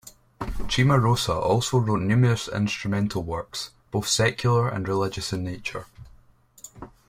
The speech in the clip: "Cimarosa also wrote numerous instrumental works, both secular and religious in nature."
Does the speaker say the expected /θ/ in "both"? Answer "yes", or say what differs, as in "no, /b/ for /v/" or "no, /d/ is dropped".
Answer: yes